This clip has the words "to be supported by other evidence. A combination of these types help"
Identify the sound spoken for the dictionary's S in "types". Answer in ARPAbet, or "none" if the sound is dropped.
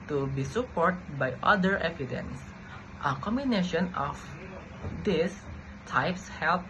S